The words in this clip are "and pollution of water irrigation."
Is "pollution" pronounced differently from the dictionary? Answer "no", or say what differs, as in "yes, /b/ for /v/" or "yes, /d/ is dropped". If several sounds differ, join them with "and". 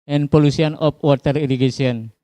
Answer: yes, /s/ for /ʃ/